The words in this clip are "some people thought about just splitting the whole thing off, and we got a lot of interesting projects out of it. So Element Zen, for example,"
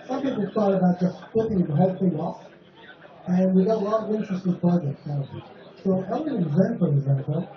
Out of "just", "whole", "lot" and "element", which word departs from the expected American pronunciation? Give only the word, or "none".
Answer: element